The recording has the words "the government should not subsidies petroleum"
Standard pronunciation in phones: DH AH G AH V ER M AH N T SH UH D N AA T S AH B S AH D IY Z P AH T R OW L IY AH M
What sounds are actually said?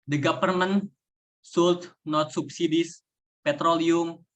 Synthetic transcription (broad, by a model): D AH G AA P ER M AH N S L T N AA T S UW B S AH D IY S P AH T R OW L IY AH M